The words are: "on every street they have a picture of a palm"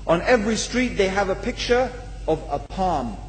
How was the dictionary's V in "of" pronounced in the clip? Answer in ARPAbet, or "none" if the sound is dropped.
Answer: V